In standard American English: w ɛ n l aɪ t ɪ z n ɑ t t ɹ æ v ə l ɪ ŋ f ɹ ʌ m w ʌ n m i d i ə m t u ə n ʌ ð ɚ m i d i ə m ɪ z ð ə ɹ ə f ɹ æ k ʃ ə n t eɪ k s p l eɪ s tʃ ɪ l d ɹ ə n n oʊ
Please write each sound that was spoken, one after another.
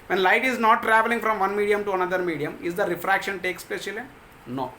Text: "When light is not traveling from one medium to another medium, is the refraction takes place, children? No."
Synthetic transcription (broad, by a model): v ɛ n l aɪ t ɪ z n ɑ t t ɹ æ v ə l ɪ ŋ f ɹ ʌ m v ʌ n m i d i ə m t u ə n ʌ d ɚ m i d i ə m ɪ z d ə ɹ ə f ɹ æ k ʃ ə n t eɪ k s p eɪ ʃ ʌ l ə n n oʊ